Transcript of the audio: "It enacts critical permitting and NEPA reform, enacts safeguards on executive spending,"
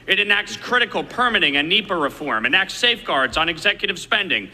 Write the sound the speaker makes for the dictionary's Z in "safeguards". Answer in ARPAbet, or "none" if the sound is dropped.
Z